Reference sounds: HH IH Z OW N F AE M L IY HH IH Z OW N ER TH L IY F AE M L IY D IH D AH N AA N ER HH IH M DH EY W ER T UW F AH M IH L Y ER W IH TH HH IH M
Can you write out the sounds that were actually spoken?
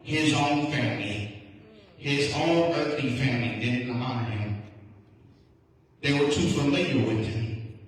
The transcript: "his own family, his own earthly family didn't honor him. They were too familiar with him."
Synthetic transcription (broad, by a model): HH IH Z OW N F AE M L IY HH IH Z OW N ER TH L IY F AE M L IY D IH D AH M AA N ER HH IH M DH EY W ER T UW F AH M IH Y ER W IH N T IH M